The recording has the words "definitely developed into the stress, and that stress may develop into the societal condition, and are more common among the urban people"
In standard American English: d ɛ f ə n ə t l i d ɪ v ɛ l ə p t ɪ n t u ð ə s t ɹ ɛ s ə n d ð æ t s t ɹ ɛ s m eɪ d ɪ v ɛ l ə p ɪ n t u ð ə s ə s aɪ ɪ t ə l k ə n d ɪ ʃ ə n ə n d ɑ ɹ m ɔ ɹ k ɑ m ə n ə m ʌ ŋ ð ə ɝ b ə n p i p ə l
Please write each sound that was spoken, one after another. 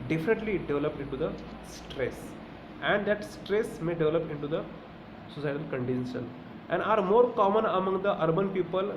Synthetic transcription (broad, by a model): d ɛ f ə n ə t l i d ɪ v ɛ l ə p ɪ n t u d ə s t ɹ ɛ s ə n d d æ t s t ɹ ɛ s m eɪ d ɪ v ɛ l ə p ɪ n t u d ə s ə s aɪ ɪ t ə l k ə n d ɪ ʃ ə n ə n d ɑ ɹ m ɔ ɹ k ɑ m ə n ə m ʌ ŋ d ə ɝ b ə n p i p ə l